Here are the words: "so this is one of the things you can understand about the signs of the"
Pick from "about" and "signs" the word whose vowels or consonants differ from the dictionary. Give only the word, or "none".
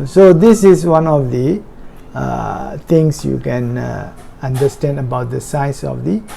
signs